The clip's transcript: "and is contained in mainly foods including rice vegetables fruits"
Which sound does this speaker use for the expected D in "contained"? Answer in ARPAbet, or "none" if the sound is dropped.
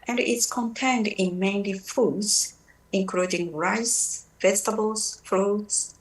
D